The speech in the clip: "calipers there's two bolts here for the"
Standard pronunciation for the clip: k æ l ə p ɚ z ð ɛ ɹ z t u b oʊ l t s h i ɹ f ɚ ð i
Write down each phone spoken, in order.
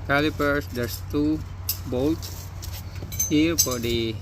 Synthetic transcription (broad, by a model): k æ l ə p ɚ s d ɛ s t u b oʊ l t h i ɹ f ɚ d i